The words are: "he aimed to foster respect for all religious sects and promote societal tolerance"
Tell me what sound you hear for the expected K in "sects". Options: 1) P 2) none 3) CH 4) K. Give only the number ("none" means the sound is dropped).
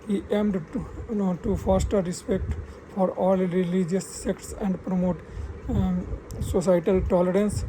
4